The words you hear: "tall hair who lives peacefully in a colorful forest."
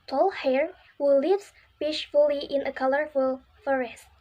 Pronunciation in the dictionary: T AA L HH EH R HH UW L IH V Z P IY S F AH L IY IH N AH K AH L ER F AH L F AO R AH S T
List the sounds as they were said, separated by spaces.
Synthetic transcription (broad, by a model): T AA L HH EH R HH UW L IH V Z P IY SH F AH L IY IH N AH K AH L ER F AH L F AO R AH S T